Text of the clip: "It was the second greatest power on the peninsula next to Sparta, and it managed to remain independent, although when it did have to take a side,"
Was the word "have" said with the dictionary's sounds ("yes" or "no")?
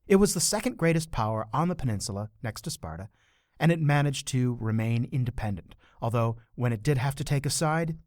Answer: no